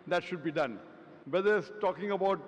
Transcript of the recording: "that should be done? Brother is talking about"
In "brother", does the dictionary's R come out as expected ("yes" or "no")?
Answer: no